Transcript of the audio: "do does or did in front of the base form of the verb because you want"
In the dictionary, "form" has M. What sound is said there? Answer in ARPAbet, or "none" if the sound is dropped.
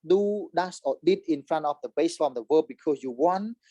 none